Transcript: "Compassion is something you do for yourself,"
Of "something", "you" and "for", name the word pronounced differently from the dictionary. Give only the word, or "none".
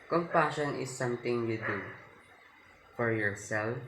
something